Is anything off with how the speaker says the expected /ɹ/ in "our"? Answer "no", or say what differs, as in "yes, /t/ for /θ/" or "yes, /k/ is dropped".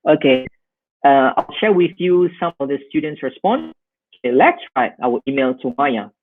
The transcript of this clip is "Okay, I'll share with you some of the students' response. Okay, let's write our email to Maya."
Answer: yes, /w/ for /ɹ/